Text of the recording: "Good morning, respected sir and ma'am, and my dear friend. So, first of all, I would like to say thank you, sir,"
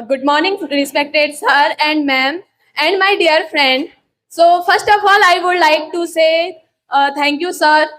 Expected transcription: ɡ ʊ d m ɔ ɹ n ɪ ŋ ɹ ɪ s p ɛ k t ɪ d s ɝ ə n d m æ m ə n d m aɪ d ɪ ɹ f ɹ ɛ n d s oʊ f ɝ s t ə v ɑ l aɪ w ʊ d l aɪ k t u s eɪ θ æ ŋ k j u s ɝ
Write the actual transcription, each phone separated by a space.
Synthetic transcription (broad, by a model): ɡ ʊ d m ɔ ɹ n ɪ ŋ ɹ ɪ s p ɛ k t ɪ d s ɝ ə n d m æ m ə n d m aɪ d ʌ ɹ f ɹ ɛ n d s oʊ f ɝ s t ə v ɑ l aɪ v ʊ d l aɪ k t u s eɪ t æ ŋ k j u s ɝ